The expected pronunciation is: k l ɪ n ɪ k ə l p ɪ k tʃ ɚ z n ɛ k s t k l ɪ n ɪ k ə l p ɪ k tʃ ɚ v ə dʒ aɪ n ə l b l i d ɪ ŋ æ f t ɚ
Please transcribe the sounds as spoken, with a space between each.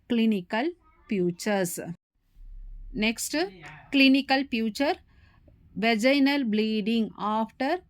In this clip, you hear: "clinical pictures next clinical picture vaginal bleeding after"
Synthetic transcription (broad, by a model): k l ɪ n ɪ k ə l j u tʃ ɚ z n ɛ k s t k l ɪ n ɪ k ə l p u tʃ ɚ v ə dʒ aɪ n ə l b l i d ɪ ŋ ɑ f t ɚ